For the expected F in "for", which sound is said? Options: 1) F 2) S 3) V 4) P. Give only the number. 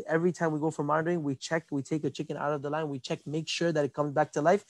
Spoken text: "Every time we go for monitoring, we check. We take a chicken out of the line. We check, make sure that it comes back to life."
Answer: 1